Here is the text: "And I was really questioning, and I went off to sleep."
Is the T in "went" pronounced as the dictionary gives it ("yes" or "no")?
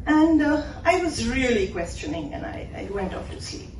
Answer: yes